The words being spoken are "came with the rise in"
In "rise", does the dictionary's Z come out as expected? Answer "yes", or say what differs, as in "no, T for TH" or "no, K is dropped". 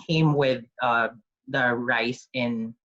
no, S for Z